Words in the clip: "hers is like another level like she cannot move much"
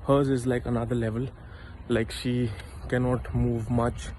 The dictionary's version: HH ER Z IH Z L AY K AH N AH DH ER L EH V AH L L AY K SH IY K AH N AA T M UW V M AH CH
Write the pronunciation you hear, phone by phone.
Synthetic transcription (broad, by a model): HH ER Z IH Z L AY K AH N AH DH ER L EH V AH L L AY K SH IY K AH N AA T M UW V M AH CH